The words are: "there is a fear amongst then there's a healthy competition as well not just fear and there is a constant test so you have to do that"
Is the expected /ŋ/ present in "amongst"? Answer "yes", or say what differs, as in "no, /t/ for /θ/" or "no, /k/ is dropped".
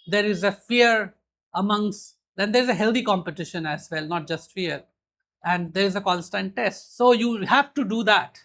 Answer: yes